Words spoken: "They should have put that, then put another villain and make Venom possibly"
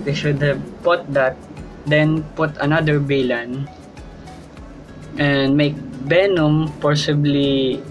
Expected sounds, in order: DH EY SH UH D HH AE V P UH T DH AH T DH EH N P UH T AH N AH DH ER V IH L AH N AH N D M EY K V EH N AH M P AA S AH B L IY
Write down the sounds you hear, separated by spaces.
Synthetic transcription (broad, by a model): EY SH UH D HH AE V P UH T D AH T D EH N P UH T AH N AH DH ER B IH L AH N AH N D M EY K B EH N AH M P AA S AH B L IY